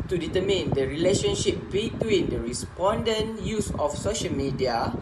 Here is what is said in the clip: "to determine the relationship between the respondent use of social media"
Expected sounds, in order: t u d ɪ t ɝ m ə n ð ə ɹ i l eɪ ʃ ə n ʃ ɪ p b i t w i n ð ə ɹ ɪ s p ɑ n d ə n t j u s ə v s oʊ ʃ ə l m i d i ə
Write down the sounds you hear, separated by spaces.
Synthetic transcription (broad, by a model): t u d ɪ t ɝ m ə n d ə ɹ i l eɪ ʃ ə n ʃ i p b i t w i n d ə ɹ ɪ s p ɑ n d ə n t j u s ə f s oʊ ʃ ə l m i d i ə